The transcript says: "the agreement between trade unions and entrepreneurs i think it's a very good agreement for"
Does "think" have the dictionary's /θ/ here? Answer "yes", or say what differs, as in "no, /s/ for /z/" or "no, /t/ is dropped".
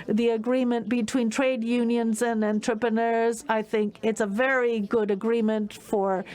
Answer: yes